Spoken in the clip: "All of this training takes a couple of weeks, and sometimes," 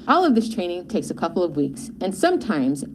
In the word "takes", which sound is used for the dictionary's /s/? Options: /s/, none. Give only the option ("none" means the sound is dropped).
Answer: /s/